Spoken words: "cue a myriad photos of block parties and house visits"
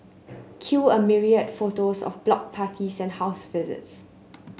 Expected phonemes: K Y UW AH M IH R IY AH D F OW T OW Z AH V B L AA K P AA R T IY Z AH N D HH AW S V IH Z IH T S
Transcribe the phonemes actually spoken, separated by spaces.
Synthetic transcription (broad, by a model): K Y UW AH M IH R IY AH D F OW T OW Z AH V B L AA K P AA T IY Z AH N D HH AW S V IH Z IH T S